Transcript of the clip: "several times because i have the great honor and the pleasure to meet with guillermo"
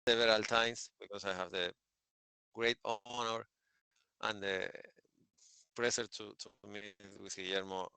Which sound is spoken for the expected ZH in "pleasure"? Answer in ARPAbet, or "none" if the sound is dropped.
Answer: S